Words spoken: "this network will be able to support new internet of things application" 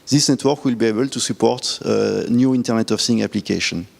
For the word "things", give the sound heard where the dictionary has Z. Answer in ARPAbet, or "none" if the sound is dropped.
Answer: none